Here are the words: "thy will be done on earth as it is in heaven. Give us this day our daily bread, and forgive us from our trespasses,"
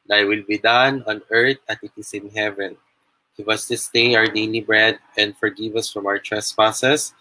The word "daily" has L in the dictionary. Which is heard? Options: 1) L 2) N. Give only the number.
2